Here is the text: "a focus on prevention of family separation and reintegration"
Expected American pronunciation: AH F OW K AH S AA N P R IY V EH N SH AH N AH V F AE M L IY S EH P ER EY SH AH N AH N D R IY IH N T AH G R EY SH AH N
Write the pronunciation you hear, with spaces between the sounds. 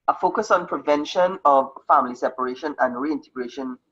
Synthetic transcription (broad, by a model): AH F OW K AH S AA N P R IY V EH N SH AH N AH V F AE M L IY S EH P ER EY SH AH N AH N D R IY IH N T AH G R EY SH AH N